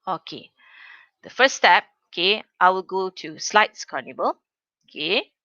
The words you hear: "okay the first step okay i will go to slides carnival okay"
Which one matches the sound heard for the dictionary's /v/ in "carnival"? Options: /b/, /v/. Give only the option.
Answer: /b/